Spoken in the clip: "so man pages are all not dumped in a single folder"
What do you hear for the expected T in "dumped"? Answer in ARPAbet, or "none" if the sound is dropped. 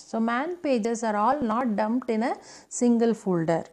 T